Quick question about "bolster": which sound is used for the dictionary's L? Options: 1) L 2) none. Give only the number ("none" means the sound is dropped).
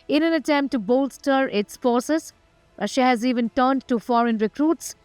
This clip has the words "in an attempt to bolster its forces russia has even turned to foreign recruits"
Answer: 1